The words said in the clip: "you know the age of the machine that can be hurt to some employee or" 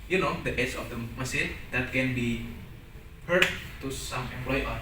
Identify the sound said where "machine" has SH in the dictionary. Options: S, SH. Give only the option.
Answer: S